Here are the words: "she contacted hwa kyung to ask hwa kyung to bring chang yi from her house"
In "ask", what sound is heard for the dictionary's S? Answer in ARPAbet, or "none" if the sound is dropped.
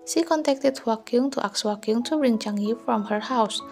none